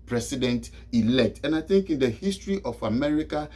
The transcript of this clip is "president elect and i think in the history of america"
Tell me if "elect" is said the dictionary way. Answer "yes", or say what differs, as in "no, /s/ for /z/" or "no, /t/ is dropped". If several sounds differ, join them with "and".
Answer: yes